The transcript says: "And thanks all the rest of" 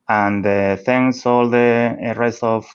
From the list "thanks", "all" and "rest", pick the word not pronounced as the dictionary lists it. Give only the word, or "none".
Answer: thanks